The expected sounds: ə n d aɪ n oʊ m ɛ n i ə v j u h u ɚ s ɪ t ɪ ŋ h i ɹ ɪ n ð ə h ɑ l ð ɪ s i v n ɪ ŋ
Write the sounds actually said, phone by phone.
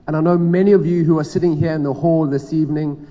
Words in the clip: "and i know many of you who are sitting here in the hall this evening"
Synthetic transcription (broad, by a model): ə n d aɪ n oʊ m ɛ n i ə v j u h u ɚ s ɪ t ɪ ŋ h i ɹ ɪ n ð ə h ɑ l ð ɪ s i v n ɪ ŋ